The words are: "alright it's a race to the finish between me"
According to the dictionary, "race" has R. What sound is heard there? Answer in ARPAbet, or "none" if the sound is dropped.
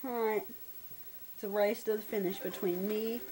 R